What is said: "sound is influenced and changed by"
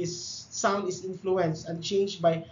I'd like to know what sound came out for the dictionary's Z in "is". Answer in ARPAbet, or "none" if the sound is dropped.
S